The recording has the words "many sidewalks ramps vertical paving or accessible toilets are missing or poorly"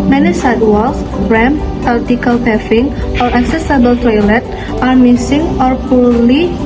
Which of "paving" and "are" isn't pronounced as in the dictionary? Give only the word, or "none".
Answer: paving